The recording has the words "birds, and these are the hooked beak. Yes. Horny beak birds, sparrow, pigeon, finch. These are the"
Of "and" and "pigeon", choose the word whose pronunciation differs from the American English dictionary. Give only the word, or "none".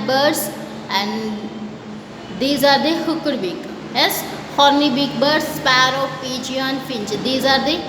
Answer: pigeon